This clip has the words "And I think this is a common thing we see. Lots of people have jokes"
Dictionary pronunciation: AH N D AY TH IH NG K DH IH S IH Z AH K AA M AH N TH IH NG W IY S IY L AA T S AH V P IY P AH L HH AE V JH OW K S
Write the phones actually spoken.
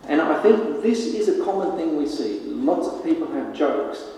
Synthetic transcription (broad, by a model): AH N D AY TH IH NG K DH IH S IH Z AH K AA M AH N TH IH NG W IY S IY L AA T S AH V P IY P AH L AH V JH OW K S